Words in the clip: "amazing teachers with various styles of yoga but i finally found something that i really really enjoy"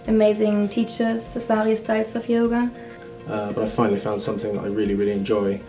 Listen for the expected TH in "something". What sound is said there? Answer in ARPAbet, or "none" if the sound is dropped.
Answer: TH